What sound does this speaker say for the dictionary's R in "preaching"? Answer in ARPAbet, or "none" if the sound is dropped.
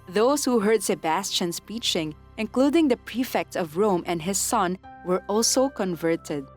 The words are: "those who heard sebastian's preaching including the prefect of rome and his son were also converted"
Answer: none